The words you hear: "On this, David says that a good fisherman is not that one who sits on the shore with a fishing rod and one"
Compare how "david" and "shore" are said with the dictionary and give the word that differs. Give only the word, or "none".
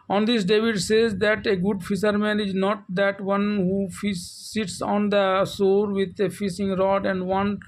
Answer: shore